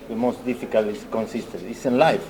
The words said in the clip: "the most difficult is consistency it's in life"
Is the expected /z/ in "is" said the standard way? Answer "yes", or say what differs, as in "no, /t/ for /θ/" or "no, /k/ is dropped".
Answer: no, /s/ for /z/